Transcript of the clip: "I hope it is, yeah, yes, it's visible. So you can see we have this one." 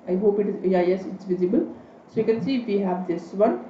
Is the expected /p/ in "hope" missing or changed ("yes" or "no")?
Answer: no